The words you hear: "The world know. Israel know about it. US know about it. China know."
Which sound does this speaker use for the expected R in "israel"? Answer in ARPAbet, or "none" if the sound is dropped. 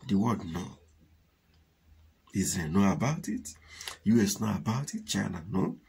none